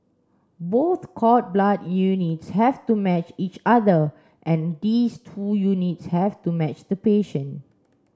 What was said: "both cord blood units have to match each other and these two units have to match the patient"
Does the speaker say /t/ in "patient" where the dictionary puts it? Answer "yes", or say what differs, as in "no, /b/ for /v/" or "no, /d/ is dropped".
no, /t/ is dropped